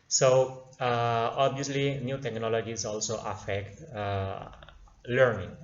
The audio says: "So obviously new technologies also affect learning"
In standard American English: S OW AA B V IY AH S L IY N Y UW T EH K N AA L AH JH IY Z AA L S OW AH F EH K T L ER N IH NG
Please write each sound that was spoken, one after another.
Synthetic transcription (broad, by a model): S OW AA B IY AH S L IY N Y UW T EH K N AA L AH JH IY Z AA L S OW AH F EH K T L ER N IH NG